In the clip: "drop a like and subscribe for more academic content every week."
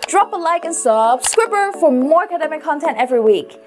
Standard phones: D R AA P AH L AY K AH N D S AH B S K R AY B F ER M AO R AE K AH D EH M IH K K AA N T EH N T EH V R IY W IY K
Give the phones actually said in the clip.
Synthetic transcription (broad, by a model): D R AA P AH L AY K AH N S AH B S K W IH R F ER M AO R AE K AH D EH M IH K K AA N T EH N T EH V R IY W IY K